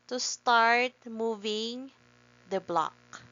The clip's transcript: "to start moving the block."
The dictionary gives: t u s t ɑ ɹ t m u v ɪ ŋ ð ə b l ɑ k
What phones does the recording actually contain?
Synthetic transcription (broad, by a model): t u s t ɑ ɹ t m u v ɪ ŋ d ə b l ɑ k